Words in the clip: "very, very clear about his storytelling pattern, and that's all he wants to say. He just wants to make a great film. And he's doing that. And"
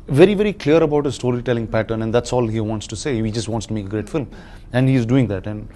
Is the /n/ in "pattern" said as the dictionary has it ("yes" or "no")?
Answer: yes